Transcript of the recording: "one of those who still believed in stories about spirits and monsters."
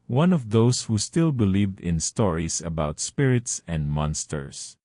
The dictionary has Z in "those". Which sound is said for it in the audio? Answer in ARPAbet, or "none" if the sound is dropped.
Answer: S